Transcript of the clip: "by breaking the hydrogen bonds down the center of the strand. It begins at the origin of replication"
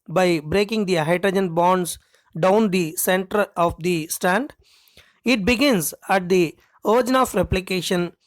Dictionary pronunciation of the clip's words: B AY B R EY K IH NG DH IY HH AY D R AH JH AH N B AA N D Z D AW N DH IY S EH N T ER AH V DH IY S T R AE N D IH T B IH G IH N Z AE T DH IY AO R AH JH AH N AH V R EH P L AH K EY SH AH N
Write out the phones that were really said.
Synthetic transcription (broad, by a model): B AY B R EY K IH NG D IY HH AY D R AH JH AH N B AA N D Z D AW N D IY S EH N T ER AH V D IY S T AE N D IH T B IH G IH N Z AE T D IY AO R JH N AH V R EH P L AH K EY SH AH N